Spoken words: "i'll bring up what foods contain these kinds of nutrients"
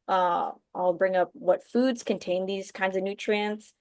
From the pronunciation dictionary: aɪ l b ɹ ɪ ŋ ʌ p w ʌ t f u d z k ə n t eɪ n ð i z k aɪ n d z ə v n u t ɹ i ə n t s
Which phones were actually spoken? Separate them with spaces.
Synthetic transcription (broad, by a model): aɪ l b ɹ ɪ ŋ ʌ p w ʌ t f u d z k ə n t eɪ n ð i z k aɪ n d z ə v n u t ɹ i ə n t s